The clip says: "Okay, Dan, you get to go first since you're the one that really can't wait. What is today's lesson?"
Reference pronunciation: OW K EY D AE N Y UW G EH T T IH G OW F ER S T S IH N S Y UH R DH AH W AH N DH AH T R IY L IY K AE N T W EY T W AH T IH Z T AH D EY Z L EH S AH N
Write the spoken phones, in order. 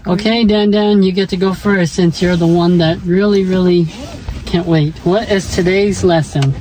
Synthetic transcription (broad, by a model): OW K EY D AE N Y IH G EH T T IH G OW F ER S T S IH N S Y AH R DH AH W AH N DH AH T R IY L IY K AE N T W EY T W AH T IH Z T AH D EY Z L EH S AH N